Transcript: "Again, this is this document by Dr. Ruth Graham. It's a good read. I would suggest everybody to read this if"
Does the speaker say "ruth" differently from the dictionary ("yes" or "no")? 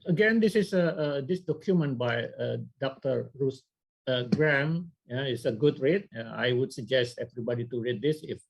yes